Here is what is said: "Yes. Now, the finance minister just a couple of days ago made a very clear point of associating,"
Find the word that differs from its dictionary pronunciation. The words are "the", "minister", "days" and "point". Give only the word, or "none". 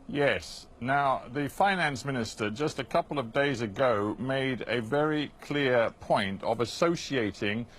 none